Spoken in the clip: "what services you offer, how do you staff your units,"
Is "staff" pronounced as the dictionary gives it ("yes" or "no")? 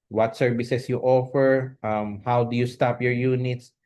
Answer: no